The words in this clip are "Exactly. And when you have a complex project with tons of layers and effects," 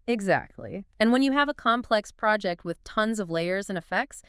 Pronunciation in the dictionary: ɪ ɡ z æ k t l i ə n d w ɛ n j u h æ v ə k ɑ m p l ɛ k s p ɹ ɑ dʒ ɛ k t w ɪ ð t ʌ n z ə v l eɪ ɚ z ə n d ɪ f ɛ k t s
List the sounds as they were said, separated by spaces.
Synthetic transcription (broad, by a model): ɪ ɡ z æ k t l i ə n w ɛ n j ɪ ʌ v ə k ɑ m p l ɛ k s p ɹ ɑ dʒ ɛ k t w ɪ ð t ʌ n z ə v l eɪ ɚ z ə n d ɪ f ɛ k t s